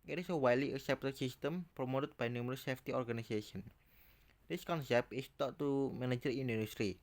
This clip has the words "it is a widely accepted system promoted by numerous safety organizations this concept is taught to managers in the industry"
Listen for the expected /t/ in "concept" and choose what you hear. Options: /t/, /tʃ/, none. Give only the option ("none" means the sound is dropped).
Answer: none